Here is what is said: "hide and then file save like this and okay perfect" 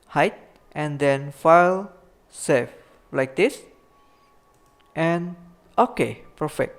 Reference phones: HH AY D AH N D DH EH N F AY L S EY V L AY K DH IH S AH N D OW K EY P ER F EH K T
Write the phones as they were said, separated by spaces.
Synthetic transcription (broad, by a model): HH AY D AH N D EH N F AY L S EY F L AY K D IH S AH N OW K EY P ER F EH K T